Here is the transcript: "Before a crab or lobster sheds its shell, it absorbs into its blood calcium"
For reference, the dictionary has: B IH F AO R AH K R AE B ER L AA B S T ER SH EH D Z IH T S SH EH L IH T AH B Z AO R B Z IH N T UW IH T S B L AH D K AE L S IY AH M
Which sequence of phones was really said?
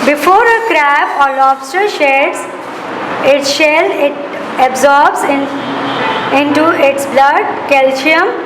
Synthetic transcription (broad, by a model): B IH F AO R AH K R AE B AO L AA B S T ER SH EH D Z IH T SH EH L IH T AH B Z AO R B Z IH N T UW IH T S B L AH D K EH L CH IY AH M